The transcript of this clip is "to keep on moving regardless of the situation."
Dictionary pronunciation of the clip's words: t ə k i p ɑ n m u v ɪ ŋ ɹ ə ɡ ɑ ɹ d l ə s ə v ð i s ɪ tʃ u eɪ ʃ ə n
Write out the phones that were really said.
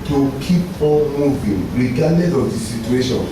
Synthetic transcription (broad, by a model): t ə k i p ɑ l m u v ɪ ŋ ɹ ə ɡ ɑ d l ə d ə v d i s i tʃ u eɪ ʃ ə n